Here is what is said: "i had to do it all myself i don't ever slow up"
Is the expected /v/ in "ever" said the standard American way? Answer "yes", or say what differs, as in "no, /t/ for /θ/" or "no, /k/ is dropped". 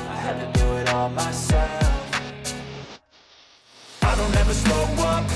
yes